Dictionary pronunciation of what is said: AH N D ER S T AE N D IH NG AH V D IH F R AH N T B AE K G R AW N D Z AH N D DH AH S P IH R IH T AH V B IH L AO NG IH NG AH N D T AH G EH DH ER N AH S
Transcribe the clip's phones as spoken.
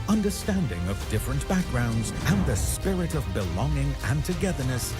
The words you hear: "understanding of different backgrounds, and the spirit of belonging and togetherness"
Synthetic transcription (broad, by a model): AH N D ER S T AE N D IH NG AH V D IH F R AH N B AE K G R AW N D Z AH N DH AH S P IH R IH T AH V B IH L AO NG IH NG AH N T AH G EH DH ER N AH S